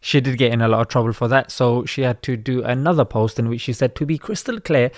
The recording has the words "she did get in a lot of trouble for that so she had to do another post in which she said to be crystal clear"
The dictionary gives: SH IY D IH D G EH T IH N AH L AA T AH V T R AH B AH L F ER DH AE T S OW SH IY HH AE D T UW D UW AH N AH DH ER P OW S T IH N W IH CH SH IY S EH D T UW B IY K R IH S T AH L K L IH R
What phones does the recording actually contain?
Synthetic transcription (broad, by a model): SH IY D IH D G EH T IH N AH L AA T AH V T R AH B AH L F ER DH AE T S OW SH IY HH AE D T UW D UW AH N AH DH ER P OW S T IH N W IH CH SH IY S EH D T UW B IY K R IH S T AH L K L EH